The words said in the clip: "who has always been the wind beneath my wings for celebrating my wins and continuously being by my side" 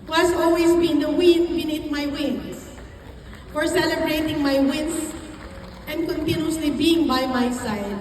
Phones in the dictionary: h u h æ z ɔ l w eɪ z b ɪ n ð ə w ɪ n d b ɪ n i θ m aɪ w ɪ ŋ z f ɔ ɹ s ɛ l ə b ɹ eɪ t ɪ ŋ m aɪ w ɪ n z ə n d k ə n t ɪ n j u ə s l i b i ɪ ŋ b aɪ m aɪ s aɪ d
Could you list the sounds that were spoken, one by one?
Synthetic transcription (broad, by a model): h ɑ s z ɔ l w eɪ s b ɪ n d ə w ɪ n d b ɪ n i t m aɪ w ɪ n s f ɔ ɹ s ɛ l ə b ɹ eɪ t ɪ ŋ m aɪ w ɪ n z ə n d k ə n t ɪ n j u ə s l i b i ɪ ŋ b aɪ m aɪ s aɪ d